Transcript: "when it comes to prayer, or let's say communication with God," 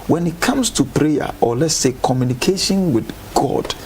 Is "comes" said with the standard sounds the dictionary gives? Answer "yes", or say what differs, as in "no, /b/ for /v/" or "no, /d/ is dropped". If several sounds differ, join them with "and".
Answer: no, /s/ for /z/